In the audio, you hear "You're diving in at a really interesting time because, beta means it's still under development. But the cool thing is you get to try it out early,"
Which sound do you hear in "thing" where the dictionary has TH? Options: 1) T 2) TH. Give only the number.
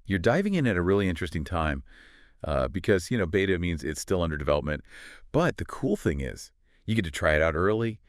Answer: 2